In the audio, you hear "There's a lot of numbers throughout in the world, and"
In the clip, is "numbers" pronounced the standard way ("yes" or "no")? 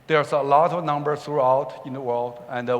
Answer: no